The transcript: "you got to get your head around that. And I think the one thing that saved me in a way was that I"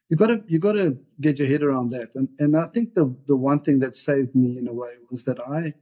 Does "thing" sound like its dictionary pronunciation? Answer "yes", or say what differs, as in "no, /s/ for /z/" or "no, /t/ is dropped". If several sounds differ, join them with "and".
yes